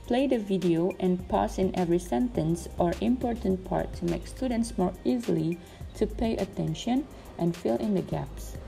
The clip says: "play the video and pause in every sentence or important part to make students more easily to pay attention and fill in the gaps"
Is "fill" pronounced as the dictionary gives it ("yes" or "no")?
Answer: yes